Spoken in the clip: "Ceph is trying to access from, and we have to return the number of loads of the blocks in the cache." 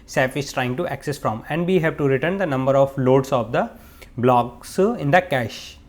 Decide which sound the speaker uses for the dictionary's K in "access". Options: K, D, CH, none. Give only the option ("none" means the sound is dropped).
K